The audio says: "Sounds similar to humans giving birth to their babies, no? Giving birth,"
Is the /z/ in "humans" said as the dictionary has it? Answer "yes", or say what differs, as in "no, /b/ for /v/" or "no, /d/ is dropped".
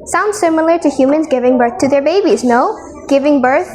yes